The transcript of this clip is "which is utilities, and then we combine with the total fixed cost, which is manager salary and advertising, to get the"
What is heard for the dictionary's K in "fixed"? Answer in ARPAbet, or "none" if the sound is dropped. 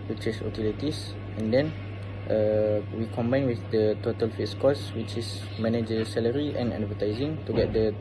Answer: none